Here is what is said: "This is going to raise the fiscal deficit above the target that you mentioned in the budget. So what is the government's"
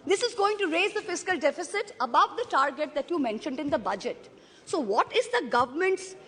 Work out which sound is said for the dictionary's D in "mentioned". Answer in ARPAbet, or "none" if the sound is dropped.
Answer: D